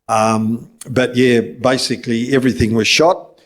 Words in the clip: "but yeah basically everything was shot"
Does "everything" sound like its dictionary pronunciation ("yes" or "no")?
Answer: yes